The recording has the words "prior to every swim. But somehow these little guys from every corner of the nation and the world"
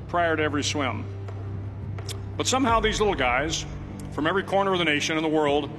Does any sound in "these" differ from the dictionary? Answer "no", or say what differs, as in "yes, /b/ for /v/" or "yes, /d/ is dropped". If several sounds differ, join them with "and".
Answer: no